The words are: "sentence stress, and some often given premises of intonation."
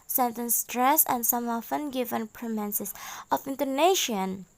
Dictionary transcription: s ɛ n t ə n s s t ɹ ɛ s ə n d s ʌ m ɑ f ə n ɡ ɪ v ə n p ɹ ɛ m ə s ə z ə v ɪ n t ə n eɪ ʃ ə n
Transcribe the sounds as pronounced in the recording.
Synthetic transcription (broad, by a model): s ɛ n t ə n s s t ɹ ɛ s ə n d s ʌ m ɑ f ə n ɡ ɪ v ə n p ɹ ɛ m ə s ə s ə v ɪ n t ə n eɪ ʃ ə n